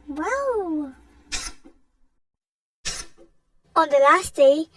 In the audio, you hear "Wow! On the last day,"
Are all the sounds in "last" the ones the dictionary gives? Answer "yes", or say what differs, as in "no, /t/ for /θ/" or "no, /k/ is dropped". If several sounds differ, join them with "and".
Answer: yes